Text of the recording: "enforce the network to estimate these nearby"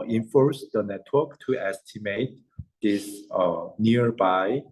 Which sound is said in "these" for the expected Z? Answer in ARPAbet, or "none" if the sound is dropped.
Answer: S